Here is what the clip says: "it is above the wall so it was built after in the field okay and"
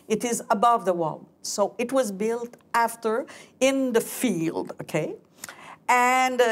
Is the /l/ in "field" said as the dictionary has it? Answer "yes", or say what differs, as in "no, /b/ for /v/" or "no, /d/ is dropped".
yes